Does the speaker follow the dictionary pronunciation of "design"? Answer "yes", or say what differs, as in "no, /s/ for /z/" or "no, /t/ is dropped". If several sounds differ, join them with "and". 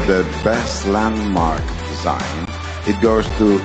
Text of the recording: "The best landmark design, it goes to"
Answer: yes